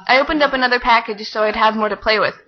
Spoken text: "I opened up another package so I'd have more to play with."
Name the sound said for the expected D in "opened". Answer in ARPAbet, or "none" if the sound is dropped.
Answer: D